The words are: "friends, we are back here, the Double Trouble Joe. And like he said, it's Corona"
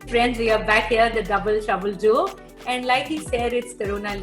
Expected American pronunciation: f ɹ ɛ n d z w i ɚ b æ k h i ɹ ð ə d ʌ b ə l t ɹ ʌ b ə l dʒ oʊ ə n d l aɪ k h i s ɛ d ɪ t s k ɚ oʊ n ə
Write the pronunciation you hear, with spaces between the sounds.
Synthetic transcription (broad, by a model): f ɹ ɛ n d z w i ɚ b æ k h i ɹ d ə d ʌ b ə l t ʌ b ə l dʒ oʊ ə n d l aɪ k h i s ɛ d ɪ t s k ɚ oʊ n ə